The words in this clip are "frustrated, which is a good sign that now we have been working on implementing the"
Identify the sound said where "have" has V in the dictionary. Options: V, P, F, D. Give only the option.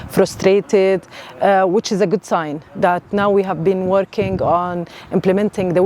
V